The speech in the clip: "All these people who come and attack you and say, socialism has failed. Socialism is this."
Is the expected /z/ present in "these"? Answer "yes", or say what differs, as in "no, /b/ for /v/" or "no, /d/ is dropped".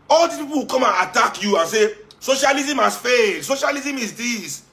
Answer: no, /z/ is dropped